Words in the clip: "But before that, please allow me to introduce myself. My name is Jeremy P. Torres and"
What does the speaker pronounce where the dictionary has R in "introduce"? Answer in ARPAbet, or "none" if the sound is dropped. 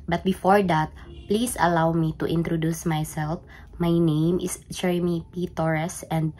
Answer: R